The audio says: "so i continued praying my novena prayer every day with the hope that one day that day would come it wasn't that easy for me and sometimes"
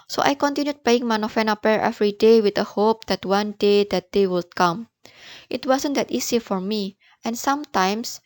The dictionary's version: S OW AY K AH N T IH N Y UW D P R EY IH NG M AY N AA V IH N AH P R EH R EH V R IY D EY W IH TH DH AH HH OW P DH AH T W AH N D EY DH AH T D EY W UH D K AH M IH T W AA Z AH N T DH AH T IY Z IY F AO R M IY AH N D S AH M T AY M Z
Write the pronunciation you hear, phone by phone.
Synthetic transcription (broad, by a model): S OW AY K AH N T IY N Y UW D P EY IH NG M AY N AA F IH N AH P EH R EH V R IY D EY W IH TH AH HH OW P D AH T W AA N D EY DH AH T D EY W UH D K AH M IH T W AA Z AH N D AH T IY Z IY F AO R M IY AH N S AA M T AY M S